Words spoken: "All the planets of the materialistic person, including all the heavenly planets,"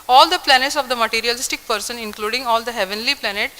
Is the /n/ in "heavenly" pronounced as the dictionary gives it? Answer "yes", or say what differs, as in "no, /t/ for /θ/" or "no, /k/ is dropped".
yes